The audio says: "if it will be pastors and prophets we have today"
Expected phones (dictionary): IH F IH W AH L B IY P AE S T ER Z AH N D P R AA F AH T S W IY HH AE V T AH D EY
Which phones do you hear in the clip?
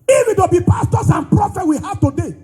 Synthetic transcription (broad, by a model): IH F IH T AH B IY P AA S T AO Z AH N P R AA F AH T W IY HH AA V T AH D EY